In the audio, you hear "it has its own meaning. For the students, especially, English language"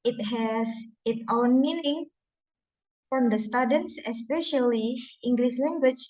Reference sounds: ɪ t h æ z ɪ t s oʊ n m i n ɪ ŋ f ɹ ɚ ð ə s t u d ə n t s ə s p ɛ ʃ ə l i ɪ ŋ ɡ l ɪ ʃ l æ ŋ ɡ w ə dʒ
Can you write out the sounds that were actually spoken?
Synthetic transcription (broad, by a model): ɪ t h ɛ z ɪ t oʊ n m i n ɪ ŋ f ɹ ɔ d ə s t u d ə n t s ə s p ɛ ʃ ə l i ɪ ŋ ɡ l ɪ s l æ ŋ ɡ w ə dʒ